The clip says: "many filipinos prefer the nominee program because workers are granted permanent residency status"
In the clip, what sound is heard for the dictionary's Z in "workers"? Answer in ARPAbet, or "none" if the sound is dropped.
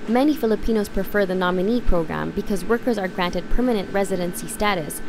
Z